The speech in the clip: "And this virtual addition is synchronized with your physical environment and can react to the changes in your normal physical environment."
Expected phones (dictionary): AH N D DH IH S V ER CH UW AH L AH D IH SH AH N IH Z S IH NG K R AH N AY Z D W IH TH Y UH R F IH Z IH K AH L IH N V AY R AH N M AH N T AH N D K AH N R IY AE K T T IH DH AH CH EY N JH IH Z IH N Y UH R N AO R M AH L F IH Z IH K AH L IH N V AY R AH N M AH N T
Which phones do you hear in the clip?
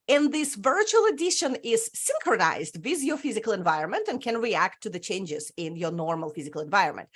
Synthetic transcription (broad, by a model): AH N DH IH S V ER CH UW AH L AH D IH SH AH N IH Z S IH NG K R AH N AY Z D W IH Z Y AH F IH Z IH K AH L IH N V AY R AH N M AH N T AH N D K AH N R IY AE K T T IH DH AH CH EY N JH IH Z IH N Y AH R N AO R M AH L F IH Z IH K AH L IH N V AY R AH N M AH N T